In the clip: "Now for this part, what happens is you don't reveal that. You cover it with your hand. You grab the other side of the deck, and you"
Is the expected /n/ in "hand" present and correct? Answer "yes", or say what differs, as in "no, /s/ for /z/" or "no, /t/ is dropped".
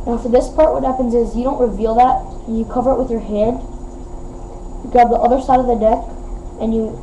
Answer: no, /n/ is dropped